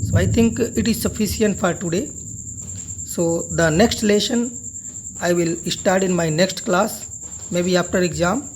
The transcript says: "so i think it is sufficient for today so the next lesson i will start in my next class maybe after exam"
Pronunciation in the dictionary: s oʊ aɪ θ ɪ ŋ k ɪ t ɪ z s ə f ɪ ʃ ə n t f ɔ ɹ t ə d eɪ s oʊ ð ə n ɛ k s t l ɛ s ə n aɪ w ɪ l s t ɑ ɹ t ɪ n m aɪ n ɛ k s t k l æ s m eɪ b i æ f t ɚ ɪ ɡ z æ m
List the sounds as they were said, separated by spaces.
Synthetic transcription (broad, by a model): s oʊ aɪ t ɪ ŋ k ɪ t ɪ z s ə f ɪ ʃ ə n t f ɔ ɹ t ə d eɪ s oʊ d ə n ɛ k s t l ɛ ʃ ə n aɪ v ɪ l s t ɑ ɹ t ɪ n m aɪ n ɛ k s t k l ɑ s m eɪ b i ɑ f t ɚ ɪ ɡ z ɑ m